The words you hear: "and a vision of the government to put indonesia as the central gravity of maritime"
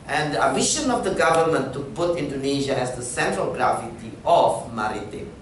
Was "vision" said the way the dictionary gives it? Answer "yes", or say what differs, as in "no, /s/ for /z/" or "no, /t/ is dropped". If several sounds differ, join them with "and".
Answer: no, /ʃ/ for /ʒ/